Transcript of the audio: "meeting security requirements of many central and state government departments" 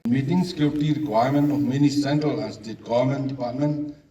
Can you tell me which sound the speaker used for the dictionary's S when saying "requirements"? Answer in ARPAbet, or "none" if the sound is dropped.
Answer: none